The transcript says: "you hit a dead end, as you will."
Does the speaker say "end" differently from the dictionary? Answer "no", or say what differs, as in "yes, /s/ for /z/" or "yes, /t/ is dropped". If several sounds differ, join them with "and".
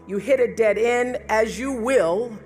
yes, /d/ is dropped